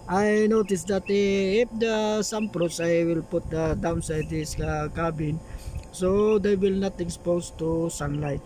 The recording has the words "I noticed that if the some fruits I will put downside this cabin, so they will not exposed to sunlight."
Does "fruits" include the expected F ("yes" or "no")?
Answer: no